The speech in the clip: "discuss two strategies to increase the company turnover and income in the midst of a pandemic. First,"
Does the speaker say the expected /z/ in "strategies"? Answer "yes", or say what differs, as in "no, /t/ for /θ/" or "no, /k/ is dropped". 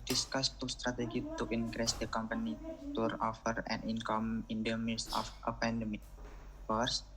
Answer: no, /z/ is dropped